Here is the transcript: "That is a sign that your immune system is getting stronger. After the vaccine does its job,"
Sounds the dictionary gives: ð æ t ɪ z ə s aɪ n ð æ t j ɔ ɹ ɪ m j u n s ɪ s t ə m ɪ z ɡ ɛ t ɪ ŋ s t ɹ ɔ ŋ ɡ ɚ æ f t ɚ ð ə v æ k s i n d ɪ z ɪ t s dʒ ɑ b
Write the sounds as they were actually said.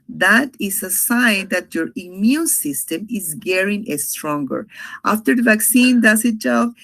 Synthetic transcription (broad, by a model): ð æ t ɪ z ə s aɪ n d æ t j ɔ ɹ ɪ m j u n s ɪ s t ə m ɪ z ɡ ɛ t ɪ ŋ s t ɹ ɔ ŋ ɡ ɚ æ f t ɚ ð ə v æ k s i n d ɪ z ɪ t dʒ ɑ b